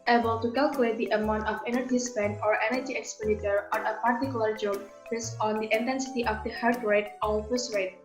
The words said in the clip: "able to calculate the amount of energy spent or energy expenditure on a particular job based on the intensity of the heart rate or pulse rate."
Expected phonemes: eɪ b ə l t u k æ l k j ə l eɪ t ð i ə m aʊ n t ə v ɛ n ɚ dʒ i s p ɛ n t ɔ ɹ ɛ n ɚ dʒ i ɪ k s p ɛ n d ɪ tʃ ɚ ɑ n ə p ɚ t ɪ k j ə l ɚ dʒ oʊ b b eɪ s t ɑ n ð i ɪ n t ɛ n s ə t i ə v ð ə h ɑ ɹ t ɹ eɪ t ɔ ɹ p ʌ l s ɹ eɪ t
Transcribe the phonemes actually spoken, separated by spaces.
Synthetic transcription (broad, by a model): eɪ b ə l t u k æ l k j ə l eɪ t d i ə m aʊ n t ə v ɛ n ɚ dʒ i s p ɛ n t ɔ ɹ ɛ n ɚ dʒ i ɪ k s p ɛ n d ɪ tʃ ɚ ɑ n ə p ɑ t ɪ k j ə l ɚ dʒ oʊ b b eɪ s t ɑ n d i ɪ n t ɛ n s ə t i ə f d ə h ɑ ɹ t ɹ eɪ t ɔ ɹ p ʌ s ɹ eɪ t